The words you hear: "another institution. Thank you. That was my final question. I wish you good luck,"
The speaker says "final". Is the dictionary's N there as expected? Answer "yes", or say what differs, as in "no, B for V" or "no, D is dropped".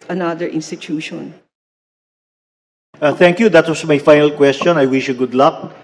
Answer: yes